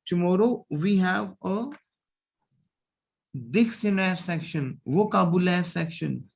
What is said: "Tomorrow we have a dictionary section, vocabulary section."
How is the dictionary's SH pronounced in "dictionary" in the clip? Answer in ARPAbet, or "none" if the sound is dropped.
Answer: S